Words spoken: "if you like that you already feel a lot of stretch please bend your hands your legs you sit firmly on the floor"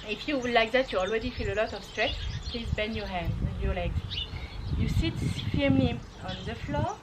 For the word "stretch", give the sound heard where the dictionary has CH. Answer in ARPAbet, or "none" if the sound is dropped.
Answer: S